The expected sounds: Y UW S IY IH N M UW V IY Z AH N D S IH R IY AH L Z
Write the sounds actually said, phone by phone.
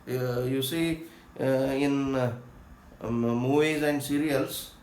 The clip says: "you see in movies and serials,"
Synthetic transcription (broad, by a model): Y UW S IY IH N M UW IY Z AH N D S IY R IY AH L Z